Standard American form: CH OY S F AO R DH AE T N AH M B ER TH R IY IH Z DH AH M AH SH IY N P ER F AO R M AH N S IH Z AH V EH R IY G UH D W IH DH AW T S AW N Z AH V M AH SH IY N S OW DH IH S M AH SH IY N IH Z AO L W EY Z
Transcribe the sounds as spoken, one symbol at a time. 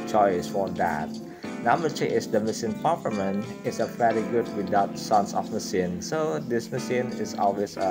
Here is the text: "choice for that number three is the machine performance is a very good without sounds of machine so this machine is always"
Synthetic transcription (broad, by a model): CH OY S F AO R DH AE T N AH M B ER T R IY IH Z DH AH M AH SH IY N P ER P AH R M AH N IH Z AH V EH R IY G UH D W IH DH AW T S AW N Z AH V M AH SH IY N S OW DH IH S M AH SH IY N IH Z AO L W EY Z